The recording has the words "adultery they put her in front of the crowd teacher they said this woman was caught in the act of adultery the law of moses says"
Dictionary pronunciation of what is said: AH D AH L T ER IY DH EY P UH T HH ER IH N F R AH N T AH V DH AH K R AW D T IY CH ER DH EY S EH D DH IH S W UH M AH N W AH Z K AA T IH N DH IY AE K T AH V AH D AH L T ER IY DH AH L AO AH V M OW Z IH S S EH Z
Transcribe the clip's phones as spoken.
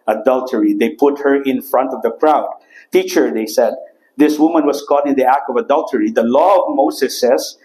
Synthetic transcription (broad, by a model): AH D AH L T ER IY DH EY P UH T HH ER IH N F R AH N T AH V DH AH K R AW D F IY CH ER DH EY S EH D DH IH S W UH M AH N W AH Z K AA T IH N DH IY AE K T AH V AH D AH L T ER IY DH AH L AO AH V M OW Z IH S S EH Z